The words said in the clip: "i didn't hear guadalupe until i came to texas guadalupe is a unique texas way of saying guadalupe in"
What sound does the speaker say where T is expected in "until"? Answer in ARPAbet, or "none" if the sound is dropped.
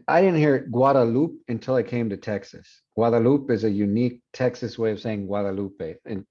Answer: T